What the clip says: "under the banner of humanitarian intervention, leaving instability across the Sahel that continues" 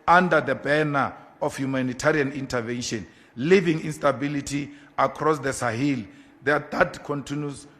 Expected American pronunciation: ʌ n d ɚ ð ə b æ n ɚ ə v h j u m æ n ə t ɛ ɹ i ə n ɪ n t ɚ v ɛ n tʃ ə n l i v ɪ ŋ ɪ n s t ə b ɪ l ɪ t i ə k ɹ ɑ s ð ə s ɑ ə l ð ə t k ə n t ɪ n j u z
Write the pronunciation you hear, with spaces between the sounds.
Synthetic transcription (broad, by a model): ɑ n d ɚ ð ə b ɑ n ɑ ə f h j u m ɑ n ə t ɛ ɹ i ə n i n t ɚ v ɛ n ʃ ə n l i v ɪ ŋ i n s t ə b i l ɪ t i ə k ɹ ɑ s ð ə s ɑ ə l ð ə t k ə n t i n j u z